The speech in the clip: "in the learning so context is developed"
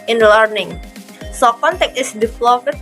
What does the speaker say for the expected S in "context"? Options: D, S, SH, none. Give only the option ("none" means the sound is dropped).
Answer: none